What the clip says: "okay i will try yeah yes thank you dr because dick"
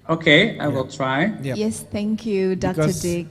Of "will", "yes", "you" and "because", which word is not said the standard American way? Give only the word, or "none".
because